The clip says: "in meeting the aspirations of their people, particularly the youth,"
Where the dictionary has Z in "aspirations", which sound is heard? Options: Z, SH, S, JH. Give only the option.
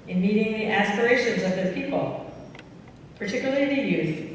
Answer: Z